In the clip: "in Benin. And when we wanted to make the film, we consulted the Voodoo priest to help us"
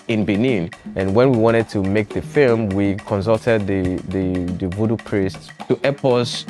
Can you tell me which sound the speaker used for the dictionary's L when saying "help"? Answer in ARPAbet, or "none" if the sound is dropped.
none